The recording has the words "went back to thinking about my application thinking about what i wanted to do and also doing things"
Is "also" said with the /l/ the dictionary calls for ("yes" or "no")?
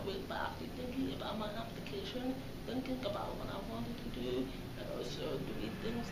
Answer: no